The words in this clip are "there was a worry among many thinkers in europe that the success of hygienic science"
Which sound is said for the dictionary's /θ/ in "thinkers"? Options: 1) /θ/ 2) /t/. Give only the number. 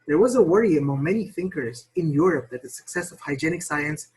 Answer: 1